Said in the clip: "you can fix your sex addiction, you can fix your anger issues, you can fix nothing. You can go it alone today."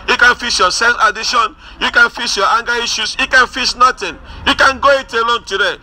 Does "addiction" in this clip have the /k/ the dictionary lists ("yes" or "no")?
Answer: no